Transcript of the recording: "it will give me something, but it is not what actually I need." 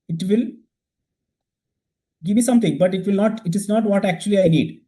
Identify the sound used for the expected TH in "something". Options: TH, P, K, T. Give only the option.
T